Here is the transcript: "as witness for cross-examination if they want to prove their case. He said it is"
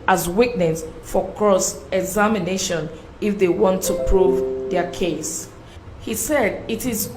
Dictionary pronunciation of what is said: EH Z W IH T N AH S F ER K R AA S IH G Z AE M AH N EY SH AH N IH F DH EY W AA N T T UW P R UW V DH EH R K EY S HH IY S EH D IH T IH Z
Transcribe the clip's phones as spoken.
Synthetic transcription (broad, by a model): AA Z W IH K N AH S F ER K R AA S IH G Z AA M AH N EY SH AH N IH F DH EY W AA N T T UW P R UW V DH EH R K EY S HH IY S EH D IH T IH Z